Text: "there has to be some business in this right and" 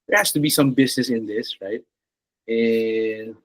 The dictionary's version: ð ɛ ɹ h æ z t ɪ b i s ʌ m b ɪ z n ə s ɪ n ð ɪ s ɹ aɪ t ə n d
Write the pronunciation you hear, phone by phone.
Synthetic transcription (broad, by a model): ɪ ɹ h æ s t ɪ b i s ʌ m b ɪ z n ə s ɪ n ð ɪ s ɹ aɪ t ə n